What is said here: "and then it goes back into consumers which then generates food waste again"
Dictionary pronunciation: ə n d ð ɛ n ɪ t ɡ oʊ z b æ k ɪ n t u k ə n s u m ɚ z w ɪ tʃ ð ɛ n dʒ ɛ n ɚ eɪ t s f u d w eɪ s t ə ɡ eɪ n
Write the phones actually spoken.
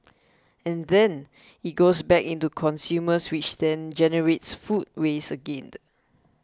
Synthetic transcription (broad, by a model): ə n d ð ɛ n ɪ t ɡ oʊ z b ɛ k ɪ n t u k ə n s u m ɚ s w ɪ tʃ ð ɛ n dʒ ɛ n ɚ eɪ t s f u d w eɪ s ə ɡ eɪ n